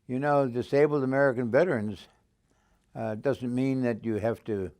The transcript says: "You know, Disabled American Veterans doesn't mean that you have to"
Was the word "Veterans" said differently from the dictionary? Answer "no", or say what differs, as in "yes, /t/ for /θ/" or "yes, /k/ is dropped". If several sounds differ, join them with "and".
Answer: no